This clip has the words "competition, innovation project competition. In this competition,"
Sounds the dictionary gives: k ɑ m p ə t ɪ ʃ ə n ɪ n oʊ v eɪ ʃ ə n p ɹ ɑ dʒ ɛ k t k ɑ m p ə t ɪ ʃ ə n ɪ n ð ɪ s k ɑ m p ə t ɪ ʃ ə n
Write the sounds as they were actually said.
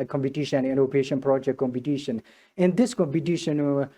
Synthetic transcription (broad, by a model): k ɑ m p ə t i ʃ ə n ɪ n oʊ p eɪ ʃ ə n p ɹ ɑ dʒ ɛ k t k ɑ m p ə t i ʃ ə n ɪ n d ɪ s k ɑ m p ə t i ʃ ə n